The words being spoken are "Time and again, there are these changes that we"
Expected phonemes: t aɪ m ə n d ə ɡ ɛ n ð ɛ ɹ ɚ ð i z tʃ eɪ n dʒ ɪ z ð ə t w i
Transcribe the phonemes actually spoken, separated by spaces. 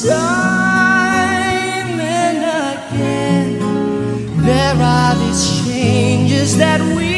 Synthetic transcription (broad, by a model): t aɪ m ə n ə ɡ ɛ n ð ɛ ɹ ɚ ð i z tʃ eɪ n dʒ ɪ z ð ə t w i